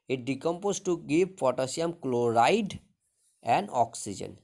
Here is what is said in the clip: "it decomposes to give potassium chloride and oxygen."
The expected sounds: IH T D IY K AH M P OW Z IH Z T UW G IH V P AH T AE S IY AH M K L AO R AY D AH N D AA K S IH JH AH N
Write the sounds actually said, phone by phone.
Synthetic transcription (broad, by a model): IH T D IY K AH M P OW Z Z T UW G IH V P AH T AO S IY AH M K L AO R AY D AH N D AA K S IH JH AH N